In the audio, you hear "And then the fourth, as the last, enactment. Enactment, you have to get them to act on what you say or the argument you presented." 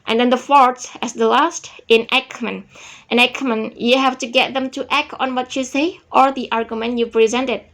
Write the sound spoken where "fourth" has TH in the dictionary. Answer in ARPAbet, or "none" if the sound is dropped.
S